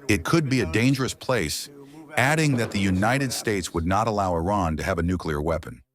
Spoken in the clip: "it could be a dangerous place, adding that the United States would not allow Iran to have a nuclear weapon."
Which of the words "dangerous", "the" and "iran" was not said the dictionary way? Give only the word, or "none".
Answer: none